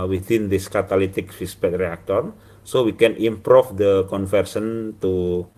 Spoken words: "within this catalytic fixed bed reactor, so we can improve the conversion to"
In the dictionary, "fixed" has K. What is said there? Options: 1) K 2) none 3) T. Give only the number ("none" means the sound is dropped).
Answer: 2